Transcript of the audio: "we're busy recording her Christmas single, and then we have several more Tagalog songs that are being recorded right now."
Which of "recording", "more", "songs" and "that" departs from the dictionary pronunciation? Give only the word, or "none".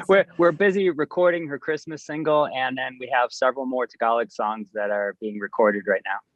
none